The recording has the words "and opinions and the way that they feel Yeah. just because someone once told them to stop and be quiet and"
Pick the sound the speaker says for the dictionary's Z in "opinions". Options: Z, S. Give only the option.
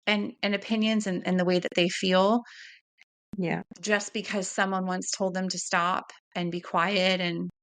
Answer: Z